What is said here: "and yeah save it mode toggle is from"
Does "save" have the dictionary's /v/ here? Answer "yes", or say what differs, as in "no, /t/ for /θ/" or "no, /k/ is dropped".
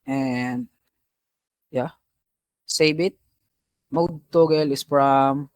no, /b/ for /v/